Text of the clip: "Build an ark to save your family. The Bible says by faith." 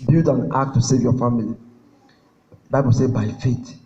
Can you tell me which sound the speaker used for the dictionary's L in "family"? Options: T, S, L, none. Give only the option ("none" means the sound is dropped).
none